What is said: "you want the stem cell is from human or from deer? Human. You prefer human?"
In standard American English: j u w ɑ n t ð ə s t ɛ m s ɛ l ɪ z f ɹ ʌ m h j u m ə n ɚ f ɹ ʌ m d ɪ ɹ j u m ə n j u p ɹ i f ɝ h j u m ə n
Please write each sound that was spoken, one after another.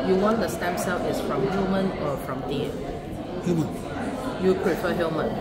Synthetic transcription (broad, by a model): j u w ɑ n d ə s t ɛ m s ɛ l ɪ s f ɹ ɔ m h j u m ə n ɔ f ɹ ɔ m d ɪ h j u m ə n j u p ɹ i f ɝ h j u m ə n